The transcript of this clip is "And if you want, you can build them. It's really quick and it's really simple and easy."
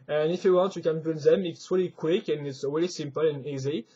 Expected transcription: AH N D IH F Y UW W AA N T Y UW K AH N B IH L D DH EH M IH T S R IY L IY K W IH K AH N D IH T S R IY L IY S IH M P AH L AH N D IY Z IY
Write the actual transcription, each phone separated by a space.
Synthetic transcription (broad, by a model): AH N IH F Y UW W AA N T Y UW K AH N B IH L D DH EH M IH T S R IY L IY K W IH K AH N IH T S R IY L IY S IH M P AH L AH N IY Z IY